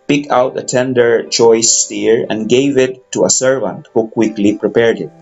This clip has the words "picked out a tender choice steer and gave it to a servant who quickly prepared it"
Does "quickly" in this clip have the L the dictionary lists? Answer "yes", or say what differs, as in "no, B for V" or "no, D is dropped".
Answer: yes